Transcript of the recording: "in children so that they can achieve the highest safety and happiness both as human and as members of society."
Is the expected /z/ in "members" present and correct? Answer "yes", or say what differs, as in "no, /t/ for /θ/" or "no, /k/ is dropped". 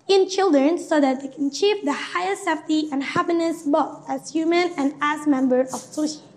no, /z/ is dropped